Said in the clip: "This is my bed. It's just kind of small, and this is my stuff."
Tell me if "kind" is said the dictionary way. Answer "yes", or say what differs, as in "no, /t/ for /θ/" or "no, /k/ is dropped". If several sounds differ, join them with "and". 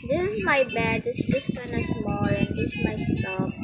no, /d/ is dropped